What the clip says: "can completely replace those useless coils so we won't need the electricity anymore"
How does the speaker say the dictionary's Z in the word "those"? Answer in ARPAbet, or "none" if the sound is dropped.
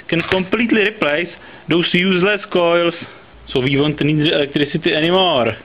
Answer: S